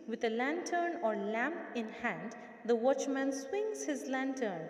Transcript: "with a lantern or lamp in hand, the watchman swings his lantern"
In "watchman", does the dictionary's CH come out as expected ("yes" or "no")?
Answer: yes